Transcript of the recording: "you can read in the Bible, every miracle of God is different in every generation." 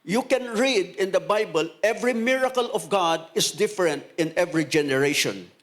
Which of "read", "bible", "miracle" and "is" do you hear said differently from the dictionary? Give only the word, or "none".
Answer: is